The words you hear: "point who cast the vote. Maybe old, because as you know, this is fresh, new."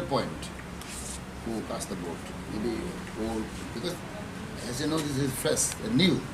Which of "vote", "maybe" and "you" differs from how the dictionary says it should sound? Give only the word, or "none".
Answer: vote